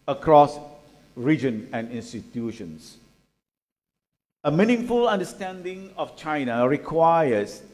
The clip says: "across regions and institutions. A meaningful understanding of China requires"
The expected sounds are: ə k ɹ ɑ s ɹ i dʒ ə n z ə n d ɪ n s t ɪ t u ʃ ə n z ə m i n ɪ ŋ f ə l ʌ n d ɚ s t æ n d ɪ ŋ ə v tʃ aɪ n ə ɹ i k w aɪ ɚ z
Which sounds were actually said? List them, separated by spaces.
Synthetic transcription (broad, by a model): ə k ɹ ɑ s ɹ i dʒ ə n ə n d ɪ n s t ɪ t u ʃ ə n s ə m i n ɪ ŋ f ə l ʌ n d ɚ s t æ n d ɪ ŋ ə f tʃ aɪ n ə ɹ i k w aɪ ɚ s